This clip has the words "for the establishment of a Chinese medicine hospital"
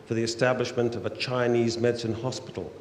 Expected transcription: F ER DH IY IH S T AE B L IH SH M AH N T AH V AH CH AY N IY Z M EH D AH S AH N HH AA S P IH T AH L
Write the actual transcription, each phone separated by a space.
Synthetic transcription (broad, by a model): F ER DH IY IH S T AE B L IH SH M AH N T AH V AH CH AY N IY Z M EH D S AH N HH AA S P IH T L